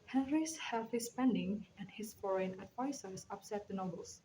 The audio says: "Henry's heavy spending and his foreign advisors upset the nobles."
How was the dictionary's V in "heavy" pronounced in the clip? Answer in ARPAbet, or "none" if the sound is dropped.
F